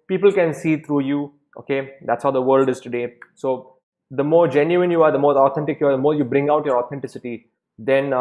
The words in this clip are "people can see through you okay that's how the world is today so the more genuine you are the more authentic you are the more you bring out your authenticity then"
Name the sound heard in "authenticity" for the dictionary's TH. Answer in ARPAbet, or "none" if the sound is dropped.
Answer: T